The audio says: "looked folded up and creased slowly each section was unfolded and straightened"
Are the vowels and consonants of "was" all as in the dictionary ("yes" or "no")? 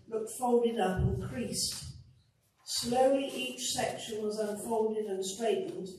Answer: yes